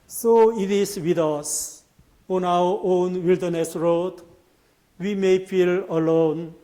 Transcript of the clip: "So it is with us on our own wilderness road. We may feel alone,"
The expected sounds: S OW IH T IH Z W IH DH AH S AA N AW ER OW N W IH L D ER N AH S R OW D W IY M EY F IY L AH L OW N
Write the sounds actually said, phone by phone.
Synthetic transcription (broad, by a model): S OW IH T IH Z W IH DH AH S AA N AW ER OW N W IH L D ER N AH S R OW D W IY M EY F IY L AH L OW N